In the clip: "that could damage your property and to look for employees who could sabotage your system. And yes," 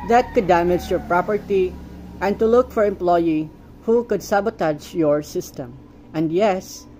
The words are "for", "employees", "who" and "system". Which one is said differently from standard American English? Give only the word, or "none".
employees